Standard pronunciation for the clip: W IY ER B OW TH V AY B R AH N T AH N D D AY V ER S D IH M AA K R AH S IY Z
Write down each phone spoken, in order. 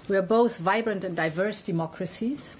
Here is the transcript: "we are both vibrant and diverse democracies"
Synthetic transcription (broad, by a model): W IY ER B OW TH V AY B R AH N T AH N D D AY V ER S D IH M AA K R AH S IY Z